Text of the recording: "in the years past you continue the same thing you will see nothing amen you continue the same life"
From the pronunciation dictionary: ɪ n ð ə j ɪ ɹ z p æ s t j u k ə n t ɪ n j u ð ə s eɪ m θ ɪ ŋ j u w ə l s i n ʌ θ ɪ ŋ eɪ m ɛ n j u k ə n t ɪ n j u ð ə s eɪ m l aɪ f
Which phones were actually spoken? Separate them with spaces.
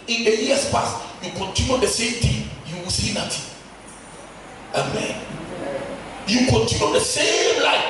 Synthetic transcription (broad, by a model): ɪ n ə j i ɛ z p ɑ s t j u k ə n t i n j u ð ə s eɪ m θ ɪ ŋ j u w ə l s i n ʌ t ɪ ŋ eɪ m ɛ n j u k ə n t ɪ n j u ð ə s eɪ m l aɪ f